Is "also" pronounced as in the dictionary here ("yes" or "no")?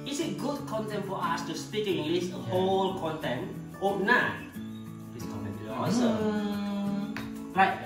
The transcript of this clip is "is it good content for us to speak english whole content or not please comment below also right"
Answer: no